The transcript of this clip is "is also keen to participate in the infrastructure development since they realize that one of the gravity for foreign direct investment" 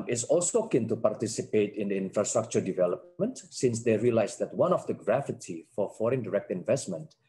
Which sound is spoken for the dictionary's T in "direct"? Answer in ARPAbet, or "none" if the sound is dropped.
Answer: T